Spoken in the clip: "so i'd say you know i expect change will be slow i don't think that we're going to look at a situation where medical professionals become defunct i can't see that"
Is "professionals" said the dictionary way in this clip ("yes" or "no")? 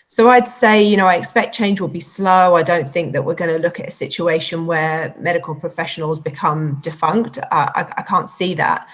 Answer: yes